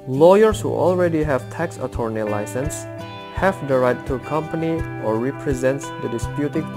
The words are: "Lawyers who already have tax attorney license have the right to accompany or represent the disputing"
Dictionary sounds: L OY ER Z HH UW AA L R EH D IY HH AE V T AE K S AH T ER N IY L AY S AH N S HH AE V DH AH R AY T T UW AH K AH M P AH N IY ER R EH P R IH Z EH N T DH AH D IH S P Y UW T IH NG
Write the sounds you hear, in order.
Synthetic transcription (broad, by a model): L OY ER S HH UW AA L R EH D IY HH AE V T AE K S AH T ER N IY L AY S AH N S HH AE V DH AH R AY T T UW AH K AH M P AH N IY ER R EH P R IH Z EH N T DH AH D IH S P Y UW T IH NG